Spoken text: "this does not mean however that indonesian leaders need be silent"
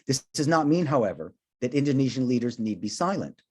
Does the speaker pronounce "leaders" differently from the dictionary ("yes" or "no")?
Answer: no